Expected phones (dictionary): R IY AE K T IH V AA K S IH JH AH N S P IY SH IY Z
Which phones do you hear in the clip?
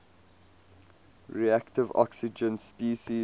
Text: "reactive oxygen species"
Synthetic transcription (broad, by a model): R IY AE K T IH V AA K S IH JH AH N S P IY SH IY